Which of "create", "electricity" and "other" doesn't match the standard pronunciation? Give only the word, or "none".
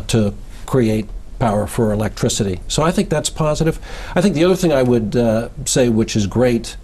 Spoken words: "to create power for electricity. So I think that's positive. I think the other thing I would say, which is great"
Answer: none